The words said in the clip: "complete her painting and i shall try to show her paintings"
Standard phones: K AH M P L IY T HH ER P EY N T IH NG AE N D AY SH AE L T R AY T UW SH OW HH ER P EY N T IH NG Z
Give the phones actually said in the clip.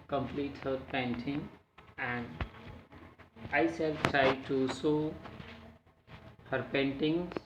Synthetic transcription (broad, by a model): K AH M P L IY T HH ER P EY N T IH NG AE N D AY S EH L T R AY T UW S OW HH ER P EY N T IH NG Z